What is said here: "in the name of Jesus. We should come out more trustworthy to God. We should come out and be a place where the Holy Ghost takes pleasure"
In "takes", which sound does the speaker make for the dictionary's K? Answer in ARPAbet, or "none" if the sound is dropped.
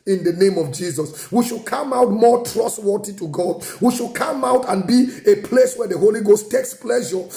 K